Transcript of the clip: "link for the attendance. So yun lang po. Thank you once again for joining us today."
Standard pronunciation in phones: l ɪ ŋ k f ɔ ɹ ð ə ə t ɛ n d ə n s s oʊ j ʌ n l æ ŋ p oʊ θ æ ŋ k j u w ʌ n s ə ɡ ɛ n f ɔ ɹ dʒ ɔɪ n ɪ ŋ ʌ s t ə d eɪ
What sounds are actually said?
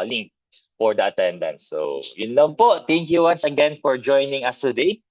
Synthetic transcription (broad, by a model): l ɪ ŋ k f ɔ ɹ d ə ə t ɛ n d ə n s s oʊ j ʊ n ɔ p oʊ t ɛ ŋ k j u w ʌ n s ə ɡ ɛ n f ɔ ɹ dʒ ɔɪ n ɪ ŋ ʌ s t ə d eɪ